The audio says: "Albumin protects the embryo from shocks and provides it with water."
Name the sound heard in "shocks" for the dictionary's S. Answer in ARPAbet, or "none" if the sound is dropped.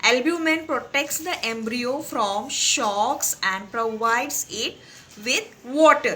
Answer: S